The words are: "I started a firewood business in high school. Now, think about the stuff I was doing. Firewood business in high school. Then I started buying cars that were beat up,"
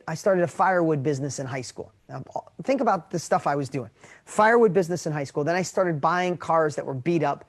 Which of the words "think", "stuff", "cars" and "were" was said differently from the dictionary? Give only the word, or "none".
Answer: none